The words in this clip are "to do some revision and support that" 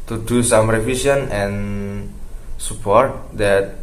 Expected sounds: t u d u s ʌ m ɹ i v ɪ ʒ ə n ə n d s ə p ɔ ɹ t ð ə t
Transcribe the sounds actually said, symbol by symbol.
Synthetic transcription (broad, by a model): t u d u s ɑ m ɹ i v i s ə n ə n s ə p ɔ ɹ t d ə t